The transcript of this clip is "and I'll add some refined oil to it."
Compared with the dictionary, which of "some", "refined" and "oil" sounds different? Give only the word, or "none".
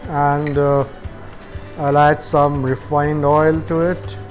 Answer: none